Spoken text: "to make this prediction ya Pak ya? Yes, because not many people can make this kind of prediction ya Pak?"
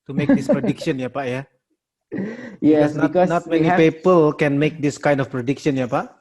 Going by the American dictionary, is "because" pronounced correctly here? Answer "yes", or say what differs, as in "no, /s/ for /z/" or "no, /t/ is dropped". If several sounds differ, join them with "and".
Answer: no, /z/ is dropped